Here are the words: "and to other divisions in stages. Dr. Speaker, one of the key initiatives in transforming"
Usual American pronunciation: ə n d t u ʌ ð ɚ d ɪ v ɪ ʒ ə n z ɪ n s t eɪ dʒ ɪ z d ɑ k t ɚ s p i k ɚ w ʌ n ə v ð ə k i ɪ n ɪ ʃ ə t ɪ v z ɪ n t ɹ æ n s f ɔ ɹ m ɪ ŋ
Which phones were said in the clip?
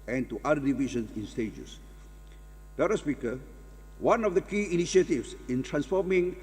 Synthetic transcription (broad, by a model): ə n t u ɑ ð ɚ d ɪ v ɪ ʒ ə n s ɪ n s t eɪ dʒ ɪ s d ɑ t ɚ s p i k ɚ w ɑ n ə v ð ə k i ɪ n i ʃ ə t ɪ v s ɪ n t ɹ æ n s f ɔ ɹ m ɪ ŋ